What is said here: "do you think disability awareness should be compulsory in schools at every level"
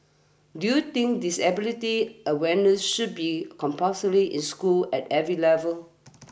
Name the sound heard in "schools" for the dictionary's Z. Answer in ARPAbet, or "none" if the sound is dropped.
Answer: none